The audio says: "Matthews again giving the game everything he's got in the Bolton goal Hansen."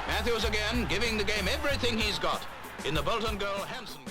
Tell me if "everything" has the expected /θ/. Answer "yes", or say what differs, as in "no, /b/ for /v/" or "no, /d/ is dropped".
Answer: yes